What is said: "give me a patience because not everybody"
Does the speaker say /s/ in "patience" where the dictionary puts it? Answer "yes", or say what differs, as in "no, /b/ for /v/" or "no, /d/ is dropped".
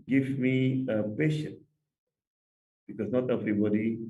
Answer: no, /s/ is dropped